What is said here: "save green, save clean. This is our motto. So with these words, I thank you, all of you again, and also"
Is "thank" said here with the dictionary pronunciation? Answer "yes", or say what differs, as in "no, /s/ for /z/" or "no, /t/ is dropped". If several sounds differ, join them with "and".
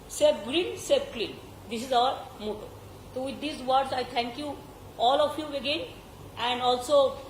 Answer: no, /t/ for /θ/